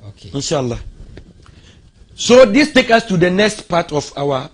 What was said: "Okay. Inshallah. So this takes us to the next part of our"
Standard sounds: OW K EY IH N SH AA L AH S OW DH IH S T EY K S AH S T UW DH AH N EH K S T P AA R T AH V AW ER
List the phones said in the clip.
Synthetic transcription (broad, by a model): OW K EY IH N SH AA L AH S OW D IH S T EY K AH S T UW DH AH N EH K S T P AA T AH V AW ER